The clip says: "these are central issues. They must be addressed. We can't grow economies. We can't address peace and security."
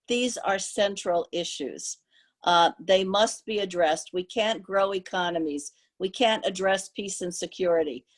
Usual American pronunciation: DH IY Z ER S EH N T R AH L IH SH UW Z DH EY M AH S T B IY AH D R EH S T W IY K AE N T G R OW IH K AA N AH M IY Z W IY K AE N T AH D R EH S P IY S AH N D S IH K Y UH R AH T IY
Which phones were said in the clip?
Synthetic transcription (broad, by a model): DH IY Z ER S EH N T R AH L IH SH UW Z DH EY M AH S T B IY AH D R EH S T W IY K AE N G R OW IH K AA N AH M IY Z W IY K AE N T AH D R EH S P IY S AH N S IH K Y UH R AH T IY